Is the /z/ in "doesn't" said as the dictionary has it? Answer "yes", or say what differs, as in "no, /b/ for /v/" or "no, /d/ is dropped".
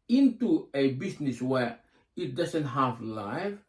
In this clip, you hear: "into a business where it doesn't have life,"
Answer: no, /s/ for /z/